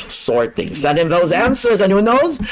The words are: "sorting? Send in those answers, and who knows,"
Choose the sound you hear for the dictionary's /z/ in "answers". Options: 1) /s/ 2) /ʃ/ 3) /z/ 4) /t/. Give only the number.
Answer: 3